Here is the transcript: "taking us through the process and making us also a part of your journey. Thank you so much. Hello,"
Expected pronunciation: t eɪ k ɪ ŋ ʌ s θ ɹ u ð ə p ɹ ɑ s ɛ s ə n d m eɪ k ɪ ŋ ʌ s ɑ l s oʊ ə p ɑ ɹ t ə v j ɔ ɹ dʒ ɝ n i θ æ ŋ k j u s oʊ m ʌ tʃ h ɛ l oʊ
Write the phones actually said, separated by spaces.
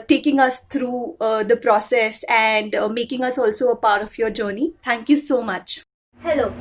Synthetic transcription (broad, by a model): t eɪ k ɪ ŋ ʌ s t ɹ u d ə p ɹ ɑ s ɛ s ə n d m eɪ k ɪ ŋ ʌ s ɑ l s oʊ ə p ɑ ɹ t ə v j ɔ ɹ dʒ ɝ n i t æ ŋ k j u s oʊ m ʌ tʃ h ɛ l oʊ